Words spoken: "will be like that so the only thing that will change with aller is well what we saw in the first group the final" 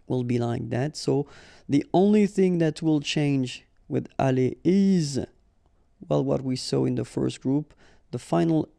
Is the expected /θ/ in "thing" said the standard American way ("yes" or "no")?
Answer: yes